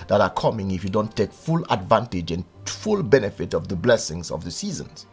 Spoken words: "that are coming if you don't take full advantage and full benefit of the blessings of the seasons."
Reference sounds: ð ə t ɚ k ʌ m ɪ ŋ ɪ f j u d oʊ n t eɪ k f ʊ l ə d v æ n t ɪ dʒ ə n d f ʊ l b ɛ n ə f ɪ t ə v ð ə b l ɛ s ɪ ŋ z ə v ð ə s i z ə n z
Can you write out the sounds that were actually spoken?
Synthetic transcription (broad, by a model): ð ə t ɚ k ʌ m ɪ ŋ ɪ f j u d oʊ n t eɪ k f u l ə d v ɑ n t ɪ dʒ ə n f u l b ɛ n ə f ɪ t ə v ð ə b l ɛ s ɪ ŋ z ə v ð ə s i z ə n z